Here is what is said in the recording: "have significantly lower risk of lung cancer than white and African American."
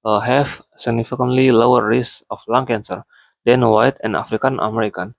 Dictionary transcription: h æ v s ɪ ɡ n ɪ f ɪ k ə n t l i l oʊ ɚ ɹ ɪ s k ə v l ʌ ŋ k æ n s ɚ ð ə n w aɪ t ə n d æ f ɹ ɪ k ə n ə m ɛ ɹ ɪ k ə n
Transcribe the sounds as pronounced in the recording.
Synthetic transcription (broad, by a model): h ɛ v s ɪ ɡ n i f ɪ k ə n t l i l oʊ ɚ ɹ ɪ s ə f l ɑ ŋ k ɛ n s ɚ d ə n w aɪ t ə n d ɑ f ɹ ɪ k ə n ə m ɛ ɹ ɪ k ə n